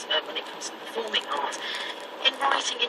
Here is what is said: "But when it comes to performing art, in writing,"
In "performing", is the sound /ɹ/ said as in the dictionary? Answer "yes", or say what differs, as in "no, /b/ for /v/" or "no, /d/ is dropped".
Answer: no, /l/ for /ɹ/